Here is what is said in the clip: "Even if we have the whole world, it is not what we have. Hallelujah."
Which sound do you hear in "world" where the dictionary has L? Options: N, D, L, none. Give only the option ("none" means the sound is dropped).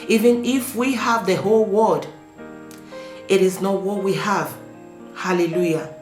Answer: none